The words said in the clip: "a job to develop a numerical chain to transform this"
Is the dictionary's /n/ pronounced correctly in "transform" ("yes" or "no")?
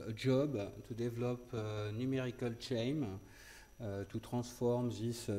no